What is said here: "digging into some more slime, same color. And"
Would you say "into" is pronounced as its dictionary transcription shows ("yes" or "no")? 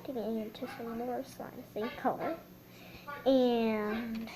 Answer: yes